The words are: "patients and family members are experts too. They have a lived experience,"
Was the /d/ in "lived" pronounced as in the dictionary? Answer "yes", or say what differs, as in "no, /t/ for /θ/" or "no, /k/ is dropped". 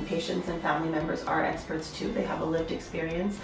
yes